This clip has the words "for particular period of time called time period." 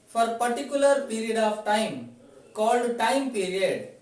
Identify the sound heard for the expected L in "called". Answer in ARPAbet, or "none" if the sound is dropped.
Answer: L